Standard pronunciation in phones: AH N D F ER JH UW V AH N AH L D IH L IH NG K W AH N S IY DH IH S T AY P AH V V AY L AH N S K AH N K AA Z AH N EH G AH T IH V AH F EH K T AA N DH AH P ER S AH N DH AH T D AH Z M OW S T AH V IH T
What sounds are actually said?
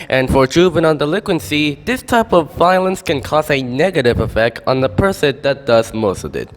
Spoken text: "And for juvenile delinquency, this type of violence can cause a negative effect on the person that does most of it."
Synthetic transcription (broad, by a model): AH N F ER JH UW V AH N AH N D IH L IH NG K W AH N S IY DH IH S T AY P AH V V AY L AH N S K AH N K AA Z AH N EH G AH T IH V AH F EH K T N DH AH P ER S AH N DH AH T D AH Z M OW S T AH V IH T